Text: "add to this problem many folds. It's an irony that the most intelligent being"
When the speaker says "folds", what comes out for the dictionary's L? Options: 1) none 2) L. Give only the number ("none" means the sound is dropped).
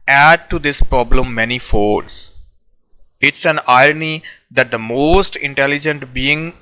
1